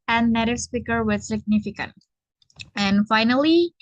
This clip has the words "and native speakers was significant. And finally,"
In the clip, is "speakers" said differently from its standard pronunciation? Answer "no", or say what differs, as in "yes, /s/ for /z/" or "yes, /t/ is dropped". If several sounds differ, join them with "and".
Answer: yes, /z/ is dropped